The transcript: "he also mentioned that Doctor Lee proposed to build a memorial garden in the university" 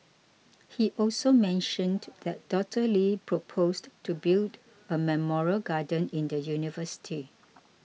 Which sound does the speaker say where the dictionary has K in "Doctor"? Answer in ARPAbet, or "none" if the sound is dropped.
none